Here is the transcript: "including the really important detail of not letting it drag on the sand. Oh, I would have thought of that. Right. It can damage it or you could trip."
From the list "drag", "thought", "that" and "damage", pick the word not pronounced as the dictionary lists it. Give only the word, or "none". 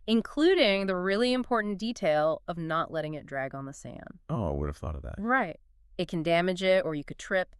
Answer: none